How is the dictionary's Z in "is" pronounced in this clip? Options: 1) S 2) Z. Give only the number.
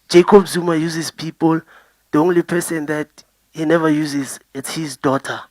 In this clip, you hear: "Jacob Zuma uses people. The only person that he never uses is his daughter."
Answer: 1